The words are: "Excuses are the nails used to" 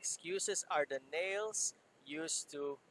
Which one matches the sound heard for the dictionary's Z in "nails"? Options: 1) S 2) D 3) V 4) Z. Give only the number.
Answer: 1